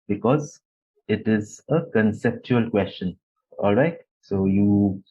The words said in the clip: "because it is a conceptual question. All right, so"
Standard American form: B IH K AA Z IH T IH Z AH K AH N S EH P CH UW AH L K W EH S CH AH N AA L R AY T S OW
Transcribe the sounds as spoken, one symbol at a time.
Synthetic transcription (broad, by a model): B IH K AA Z IH T IH Z AH K AH N S EH P CH UW AH L K W EH S CH AH N AA L R AY T S OW